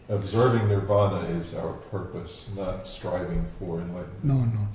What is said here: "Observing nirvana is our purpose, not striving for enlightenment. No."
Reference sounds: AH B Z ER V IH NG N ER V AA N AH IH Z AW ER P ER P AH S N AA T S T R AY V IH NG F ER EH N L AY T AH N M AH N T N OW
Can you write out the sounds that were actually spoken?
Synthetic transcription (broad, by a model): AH B Z ER V IH NG N ER V AA N AH IH Z AW ER P ER P AH S N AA T S T R AY V IH NG F ER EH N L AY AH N AH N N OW